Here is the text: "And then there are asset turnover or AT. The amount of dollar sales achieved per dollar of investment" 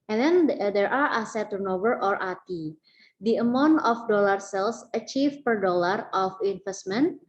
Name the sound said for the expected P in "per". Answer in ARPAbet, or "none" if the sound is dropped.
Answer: P